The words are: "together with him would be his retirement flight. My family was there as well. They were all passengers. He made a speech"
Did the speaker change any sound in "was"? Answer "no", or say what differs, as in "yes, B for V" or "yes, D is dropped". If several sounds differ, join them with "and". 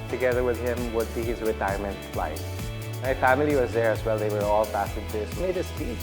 no